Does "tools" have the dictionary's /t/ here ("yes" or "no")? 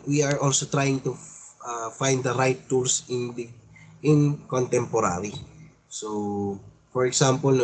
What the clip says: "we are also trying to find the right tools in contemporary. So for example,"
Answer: no